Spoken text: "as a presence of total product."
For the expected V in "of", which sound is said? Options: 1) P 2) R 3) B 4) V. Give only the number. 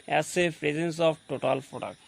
3